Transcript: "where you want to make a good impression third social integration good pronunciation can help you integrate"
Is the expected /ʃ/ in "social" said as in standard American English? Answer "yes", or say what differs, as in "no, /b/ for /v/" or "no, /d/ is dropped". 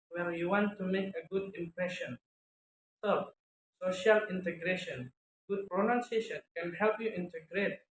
yes